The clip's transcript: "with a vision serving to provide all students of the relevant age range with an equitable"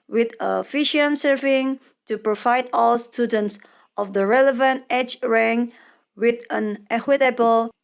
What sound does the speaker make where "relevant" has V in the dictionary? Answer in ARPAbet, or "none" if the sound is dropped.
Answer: V